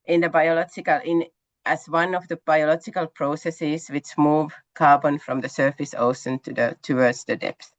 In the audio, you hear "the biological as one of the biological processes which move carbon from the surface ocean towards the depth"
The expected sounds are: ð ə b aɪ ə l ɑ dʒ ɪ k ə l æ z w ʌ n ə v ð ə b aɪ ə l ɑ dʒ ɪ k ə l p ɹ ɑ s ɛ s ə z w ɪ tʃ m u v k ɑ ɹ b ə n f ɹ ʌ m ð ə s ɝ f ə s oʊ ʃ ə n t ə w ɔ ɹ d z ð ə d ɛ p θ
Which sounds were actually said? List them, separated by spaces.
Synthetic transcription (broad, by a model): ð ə b aɪ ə l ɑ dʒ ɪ k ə l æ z w ʌ n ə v ð ə b aɪ ə l ɑ dʒ ɪ k ə l p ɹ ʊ s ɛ s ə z w ɪ tʃ m u v k ɑ ɹ b ə n f ɹ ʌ m ð ə s ɝ f ə s oʊ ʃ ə n t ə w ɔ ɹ d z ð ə d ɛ p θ